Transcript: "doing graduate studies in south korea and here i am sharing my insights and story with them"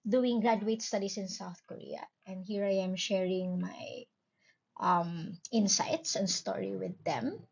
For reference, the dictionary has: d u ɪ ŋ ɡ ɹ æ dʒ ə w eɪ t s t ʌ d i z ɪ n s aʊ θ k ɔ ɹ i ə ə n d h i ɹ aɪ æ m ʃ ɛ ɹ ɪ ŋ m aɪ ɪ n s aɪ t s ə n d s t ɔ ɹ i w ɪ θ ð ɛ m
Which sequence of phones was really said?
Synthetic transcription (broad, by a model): d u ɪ ŋ ɡ ɹ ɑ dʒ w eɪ t s t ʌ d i s ɪ n s aʊ θ k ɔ ɹ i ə ə n d h i ɹ aɪ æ m ʃ ɛ ɹ ɪ ŋ m aɪ ɪ n s aɪ t s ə n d s t ɔ ɹ i w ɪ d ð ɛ m